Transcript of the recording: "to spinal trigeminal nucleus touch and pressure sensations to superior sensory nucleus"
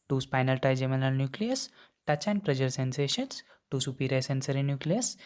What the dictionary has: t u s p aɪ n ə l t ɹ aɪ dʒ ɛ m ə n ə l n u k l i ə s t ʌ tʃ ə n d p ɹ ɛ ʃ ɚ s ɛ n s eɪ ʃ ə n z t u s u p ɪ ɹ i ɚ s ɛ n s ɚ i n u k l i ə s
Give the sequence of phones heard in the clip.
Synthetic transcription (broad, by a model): t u s p aɪ n ə l t aɪ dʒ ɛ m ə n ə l n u k l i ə s t ʌ tʃ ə n p ɹ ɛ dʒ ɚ s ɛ n s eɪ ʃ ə n s t u s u p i ɹ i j s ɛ n s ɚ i n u k l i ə s